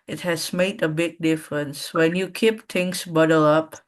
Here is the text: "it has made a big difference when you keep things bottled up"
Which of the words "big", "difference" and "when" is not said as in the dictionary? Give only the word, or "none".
none